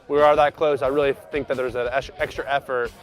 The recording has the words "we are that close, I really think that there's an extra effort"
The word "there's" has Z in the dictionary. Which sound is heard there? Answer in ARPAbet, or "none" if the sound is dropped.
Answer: Z